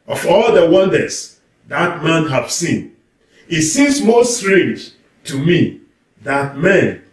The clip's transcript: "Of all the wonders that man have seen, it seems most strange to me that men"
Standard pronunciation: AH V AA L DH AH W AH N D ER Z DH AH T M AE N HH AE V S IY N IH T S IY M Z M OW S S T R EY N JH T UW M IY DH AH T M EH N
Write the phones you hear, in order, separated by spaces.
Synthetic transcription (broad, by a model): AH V AA L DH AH W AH N D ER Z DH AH T M AE N HH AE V S IY N IH T S IY M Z M OW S S T R EY N JH T UW M IY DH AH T M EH N